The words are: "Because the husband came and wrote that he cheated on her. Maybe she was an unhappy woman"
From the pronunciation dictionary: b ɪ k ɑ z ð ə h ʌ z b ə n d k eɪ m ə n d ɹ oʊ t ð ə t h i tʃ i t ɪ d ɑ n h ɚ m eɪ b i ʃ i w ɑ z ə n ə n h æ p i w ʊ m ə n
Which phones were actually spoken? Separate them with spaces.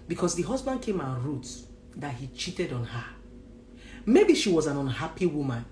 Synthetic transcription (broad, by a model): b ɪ k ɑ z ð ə h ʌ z b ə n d k eɪ m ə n ɹ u t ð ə t h i tʃ i t ɪ d ɑ n h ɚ m eɪ b i ʃ i w ɑ z ə n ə n h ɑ p i w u m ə n